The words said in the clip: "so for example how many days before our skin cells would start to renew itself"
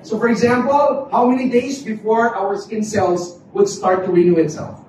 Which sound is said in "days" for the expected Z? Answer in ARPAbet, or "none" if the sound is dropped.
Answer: Z